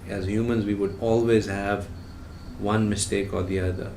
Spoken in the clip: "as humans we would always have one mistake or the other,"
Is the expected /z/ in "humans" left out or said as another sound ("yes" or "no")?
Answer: no